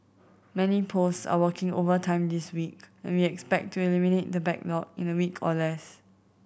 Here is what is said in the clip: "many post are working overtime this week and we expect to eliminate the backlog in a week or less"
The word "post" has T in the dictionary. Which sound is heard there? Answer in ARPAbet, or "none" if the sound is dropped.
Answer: none